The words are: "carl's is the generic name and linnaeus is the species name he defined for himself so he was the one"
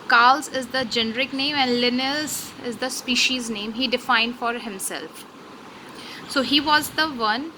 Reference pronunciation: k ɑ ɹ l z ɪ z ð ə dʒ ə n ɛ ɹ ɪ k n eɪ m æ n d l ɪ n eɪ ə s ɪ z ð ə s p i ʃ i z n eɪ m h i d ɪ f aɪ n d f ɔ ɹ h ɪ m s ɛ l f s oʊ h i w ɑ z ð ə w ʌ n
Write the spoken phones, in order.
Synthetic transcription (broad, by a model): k ɑ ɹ l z ɪ z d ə dʒ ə n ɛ ɹ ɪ k n eɪ m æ n d l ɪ n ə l ɪ z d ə s p i ʃ i z n eɪ m h i d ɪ f aɪ n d f ɔ ɹ h ɪ m s ɛ l f s oʊ h i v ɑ z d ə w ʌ n